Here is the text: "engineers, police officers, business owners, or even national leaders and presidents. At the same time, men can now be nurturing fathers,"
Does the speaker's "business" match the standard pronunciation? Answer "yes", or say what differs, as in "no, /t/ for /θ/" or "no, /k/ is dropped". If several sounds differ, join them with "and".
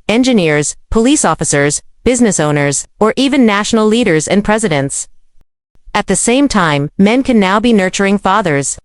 yes